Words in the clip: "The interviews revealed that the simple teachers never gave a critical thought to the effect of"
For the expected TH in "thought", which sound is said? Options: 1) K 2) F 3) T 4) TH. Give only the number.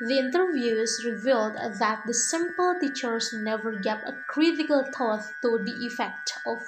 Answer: 3